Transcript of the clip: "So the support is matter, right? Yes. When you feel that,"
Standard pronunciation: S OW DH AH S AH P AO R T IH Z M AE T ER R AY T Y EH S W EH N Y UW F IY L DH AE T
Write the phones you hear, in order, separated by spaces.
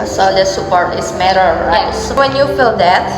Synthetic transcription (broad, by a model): S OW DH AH S AH P AO R T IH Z M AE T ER R AY T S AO W EH N Y UW F IY L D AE T